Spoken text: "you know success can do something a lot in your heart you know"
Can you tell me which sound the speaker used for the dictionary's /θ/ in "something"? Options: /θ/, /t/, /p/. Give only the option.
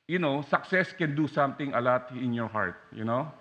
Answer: /t/